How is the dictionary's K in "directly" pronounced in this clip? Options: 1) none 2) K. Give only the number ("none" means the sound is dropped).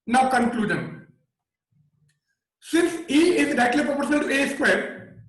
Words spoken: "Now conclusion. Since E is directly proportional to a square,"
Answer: 1